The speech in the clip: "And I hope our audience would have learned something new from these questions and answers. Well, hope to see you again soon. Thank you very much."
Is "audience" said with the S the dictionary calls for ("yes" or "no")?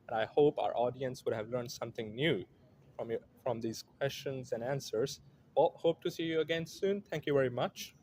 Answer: yes